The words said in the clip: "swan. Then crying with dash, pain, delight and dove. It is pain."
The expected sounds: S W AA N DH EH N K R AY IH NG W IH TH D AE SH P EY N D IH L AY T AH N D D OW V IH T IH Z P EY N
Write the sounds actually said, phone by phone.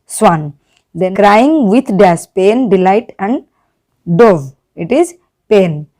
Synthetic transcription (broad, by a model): S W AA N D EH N K R AY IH NG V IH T D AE S P EY N D IH L AY T AH N D D OW V IH T IH Z P EY N